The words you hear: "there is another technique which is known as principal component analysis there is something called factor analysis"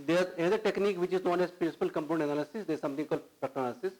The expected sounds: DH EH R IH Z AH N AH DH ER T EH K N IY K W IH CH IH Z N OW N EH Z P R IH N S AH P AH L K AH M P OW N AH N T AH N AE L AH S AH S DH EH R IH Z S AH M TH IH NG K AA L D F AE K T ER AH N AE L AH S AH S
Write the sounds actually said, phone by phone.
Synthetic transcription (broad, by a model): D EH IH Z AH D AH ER T EH K N IY K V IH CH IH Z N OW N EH S P R IH N S AH P AH L K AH M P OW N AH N AH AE L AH S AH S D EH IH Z S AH M T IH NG K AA L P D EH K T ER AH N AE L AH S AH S